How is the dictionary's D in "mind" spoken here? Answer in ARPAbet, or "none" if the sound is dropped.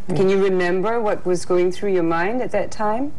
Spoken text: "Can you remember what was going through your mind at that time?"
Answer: D